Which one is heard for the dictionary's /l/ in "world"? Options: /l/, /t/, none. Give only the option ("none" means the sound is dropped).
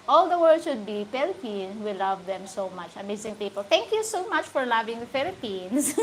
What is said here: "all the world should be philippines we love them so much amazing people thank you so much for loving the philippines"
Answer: none